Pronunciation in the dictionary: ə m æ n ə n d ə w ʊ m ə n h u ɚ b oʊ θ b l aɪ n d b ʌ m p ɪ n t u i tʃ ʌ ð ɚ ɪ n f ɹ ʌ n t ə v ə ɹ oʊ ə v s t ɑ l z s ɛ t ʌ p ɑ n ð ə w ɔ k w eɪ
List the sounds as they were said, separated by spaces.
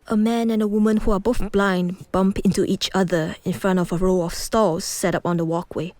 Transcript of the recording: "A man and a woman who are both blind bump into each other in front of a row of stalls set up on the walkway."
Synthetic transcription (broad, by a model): ə m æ n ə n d ə w ʊ m ə n h u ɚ b oʊ θ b l aɪ n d b ʌ m p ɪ n t u i tʃ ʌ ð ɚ ɪ n f ɹ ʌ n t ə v ə ɹ oʊ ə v s t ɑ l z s ɛ t ʌ p ɑ n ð ə w ɔ k w eɪ